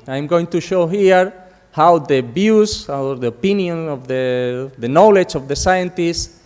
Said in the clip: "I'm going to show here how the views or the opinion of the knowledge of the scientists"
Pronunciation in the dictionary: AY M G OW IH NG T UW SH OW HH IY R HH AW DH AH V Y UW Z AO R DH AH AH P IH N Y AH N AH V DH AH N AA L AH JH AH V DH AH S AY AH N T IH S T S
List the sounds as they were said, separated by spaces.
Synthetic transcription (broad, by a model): AY M G OW IH NG T UW SH OW HH IY R HH AW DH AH B Y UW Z AO R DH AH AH P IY N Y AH N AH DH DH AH N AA L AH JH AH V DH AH S AY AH N T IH S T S